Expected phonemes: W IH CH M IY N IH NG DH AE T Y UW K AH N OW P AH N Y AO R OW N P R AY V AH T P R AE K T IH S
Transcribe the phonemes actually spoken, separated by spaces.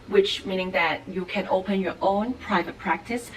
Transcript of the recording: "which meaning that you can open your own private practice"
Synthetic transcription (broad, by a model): W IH CH M IY N IH NG DH AE T Y UW K AH N OW P AH N Y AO R OW N P R AY V AH T P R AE K T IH S